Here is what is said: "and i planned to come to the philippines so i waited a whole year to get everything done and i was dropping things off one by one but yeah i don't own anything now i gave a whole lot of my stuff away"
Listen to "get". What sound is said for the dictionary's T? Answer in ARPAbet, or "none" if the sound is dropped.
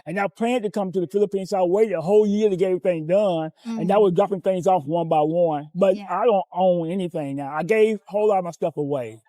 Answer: none